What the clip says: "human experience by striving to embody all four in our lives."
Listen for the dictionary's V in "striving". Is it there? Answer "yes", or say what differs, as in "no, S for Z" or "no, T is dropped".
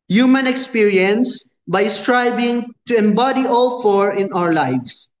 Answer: no, B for V